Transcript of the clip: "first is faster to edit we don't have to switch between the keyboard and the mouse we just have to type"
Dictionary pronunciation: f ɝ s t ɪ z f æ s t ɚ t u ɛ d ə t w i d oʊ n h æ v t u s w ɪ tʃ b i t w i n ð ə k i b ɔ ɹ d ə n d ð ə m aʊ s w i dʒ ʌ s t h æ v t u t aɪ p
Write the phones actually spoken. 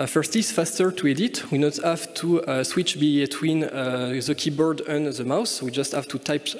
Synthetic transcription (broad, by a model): f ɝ s t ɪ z f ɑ s t ɚ t u ɛ d ə t w i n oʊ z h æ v t u s w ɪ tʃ b i t w i n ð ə k i b ɔ ɹ d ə n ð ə m aʊ s w i dʒ ʌ s t h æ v t u t aɪ p